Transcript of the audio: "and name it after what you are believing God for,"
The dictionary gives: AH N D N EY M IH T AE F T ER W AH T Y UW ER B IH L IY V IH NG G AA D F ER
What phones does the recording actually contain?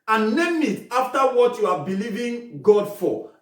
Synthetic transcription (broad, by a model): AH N N EY M IH T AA F T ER W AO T Y UW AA B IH L IY V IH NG G AA D F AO